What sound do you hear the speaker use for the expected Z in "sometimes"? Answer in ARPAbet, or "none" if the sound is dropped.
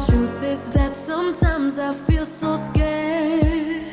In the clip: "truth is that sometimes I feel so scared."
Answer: Z